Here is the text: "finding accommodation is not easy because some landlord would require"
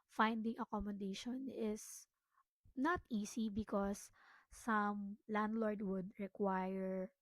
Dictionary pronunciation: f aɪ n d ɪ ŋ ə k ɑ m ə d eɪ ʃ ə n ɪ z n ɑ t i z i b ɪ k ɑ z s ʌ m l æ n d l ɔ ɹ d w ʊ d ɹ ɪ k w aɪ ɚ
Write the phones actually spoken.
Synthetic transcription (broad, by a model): f aɪ n d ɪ ŋ ə k ɑ m ə d eɪ ʃ ə n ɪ s n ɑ t i s i b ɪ k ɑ s ʌ m l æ n d l ɔ ɹ d w ʊ d ɹ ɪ k w aɪ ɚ